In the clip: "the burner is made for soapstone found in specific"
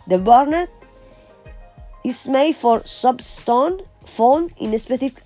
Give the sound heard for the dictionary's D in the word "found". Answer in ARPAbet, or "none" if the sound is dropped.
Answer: none